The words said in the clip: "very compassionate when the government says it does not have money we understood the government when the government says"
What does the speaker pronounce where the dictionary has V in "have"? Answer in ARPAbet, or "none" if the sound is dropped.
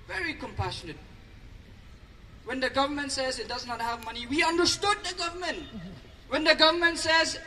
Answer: V